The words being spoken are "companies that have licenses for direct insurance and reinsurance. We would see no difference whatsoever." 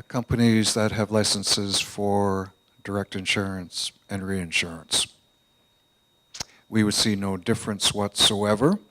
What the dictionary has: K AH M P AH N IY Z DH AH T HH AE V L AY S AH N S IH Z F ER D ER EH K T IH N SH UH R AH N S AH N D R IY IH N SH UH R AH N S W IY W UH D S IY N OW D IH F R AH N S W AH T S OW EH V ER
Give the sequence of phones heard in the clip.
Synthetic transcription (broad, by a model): K AH M P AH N IY Z DH AH T HH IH V L AY S AH N S IH Z F ER D ER EH K T IH N SH UH R AH N S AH N R IY IH N SH UH R AH N S W IY W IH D S IY N OW D IH F R AH N S W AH T S OW EH V ER